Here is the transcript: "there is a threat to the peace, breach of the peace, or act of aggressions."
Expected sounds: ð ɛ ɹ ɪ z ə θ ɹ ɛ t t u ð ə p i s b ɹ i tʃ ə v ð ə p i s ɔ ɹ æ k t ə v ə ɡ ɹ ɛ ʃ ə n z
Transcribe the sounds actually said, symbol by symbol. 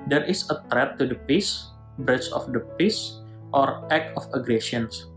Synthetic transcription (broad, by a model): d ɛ ɹ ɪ s ə t ɹ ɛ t t u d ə p i s b ɹ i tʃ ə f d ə p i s ɔ ɹ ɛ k ə f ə ɡ ɹ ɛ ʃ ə n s